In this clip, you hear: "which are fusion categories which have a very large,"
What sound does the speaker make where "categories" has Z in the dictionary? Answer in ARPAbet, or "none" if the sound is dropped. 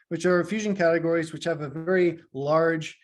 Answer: Z